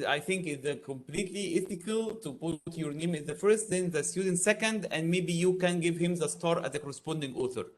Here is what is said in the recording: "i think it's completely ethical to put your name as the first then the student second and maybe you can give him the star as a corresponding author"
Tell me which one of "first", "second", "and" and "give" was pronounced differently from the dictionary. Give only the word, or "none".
none